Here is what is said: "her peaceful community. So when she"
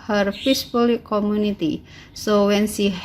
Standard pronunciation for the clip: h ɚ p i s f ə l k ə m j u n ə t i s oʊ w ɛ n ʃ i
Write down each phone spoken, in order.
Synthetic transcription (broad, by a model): h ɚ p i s p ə l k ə m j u n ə t i s oʊ w ɛ n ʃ i